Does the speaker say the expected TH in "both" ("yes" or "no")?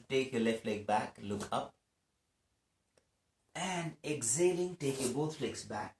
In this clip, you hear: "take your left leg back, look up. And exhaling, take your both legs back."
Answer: no